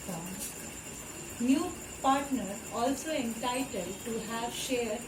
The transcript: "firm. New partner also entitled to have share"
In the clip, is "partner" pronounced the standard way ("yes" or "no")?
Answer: yes